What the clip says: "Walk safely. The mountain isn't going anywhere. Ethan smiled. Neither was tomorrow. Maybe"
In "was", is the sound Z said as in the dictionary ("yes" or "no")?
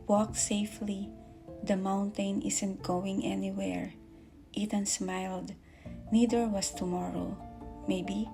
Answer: no